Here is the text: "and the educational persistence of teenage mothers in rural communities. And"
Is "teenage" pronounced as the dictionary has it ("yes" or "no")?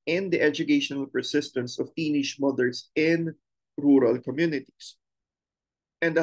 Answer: no